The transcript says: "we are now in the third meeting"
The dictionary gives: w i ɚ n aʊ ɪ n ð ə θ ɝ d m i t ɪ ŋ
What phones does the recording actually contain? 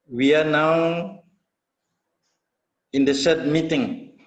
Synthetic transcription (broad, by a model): w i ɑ n aʊ ɪ n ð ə s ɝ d m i t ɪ ŋ